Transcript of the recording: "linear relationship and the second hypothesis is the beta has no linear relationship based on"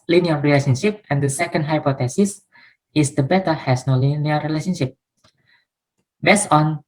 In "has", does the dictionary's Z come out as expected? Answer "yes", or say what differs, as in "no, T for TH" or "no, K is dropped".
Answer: no, S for Z